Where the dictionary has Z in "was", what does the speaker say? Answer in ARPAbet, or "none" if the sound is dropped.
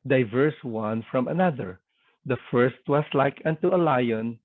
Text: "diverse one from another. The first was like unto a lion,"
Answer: S